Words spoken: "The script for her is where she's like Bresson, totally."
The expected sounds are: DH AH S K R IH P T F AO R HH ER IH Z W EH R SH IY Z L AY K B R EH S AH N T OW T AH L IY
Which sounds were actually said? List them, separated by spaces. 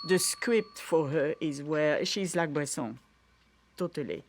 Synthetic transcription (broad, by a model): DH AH S K R IH P T F AO R HH ER IH Z W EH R SH IY Z L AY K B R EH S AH T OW T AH L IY